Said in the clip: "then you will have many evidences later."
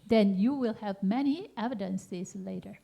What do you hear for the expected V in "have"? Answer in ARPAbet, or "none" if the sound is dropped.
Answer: V